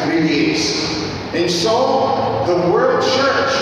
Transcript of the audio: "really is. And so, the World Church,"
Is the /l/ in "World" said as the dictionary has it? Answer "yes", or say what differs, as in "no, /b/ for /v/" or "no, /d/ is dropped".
no, /l/ is dropped